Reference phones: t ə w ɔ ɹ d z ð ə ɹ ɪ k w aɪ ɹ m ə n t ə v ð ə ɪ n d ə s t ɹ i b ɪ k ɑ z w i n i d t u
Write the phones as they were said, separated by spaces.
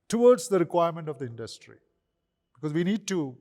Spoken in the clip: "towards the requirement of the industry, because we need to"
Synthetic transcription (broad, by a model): t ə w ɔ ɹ d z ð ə ɹ ɪ k w aɪ ɹ m ə n t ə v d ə ɪ n d ə s t ɹ i b ɪ k ɑ z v i n i d t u